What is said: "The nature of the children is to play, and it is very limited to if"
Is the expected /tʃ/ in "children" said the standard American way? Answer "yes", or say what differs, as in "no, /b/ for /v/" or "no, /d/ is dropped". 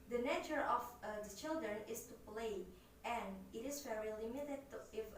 yes